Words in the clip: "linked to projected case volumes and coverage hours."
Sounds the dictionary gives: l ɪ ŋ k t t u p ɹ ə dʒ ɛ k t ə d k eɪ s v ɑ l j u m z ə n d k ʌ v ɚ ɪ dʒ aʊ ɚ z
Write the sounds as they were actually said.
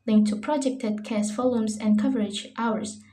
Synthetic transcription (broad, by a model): l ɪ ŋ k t t u p ɹ ə dʒ ɛ k t ə d k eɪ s f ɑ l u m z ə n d k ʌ v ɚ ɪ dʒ aʊ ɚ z